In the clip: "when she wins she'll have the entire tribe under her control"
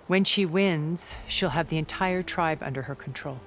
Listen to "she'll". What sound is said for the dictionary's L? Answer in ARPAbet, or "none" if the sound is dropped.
L